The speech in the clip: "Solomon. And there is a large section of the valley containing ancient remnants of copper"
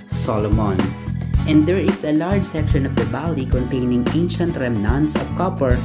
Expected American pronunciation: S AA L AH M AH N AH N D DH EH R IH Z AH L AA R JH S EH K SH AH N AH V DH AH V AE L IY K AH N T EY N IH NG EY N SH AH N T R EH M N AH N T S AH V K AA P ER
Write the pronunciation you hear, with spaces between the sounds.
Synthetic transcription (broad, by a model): S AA L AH M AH N AH N D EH R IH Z AH L AA R JH S EH K SH AH N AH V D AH B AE L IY K AH N T EY N IH NG EY N SH AH N T R EH M N AH N T S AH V K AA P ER